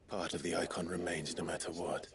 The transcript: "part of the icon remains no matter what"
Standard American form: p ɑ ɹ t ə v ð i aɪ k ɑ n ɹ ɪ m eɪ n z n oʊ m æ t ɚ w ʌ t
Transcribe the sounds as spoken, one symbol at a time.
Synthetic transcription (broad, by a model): p ɑ ɹ t ə v ð i aɪ k ɑ n ɹ ɪ m eɪ n z n oʊ m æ t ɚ w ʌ t